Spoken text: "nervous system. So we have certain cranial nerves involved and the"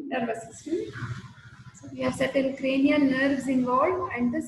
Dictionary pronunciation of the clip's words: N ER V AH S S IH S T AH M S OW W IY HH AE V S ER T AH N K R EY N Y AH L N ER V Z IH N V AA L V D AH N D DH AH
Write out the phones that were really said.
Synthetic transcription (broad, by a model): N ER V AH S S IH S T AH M S OW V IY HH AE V S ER T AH L K R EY N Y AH N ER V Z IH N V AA L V AH N D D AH